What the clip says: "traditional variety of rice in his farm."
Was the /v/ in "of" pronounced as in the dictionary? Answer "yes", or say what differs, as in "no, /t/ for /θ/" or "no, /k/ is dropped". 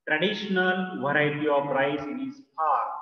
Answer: no, /p/ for /v/